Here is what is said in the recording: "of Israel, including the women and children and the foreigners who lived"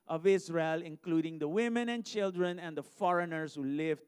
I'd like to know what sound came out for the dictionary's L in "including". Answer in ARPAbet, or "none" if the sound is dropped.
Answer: L